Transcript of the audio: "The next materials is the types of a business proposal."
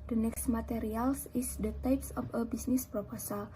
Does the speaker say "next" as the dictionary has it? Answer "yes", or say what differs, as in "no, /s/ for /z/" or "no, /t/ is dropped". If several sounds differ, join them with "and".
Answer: yes